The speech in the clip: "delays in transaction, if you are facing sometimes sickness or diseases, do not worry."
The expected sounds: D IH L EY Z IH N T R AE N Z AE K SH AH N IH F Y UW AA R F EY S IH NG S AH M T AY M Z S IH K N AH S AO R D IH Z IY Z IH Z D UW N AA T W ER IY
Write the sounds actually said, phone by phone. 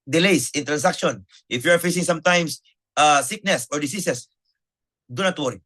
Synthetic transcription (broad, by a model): D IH L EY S IH N T R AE N S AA K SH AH N IH F Y UW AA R F EY S IH NG S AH M T AY M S S IH K N AH S AO R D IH S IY S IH S D UW N AA T W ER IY